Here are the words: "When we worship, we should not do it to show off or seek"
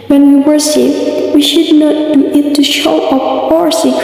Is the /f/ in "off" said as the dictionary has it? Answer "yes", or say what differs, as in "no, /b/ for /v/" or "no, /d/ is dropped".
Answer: no, /p/ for /f/